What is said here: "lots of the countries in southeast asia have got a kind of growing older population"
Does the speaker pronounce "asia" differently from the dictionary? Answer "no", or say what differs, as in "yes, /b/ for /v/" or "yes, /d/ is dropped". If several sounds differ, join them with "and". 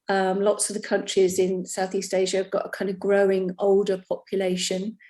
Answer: no